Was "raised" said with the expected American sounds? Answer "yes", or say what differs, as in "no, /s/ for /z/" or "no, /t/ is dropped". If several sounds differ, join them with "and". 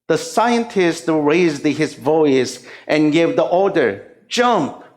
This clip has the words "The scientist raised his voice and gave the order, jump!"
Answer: yes